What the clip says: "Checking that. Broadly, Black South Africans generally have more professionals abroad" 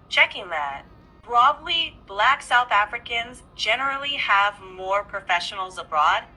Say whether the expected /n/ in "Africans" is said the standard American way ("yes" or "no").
yes